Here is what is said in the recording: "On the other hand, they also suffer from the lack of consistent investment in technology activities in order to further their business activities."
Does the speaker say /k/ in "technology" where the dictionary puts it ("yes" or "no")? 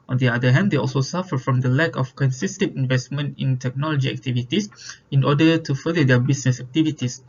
yes